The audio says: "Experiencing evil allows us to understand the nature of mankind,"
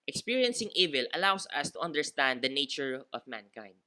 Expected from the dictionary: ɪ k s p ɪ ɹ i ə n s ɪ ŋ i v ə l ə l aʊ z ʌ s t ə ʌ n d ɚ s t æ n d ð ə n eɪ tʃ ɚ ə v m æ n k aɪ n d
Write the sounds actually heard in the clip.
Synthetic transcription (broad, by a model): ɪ k s p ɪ ɹ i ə n s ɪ ŋ i v ə l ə l aʊ s ʌ s t ə ʌ n d ɚ s t æ n d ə n eɪ tʃ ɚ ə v m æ n k aɪ n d